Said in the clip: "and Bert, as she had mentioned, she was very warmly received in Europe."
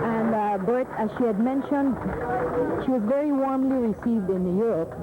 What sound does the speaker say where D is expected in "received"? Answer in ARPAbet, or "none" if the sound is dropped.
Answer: D